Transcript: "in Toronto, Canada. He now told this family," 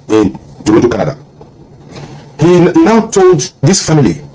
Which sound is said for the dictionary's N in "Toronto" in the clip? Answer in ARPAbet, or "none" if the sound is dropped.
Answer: none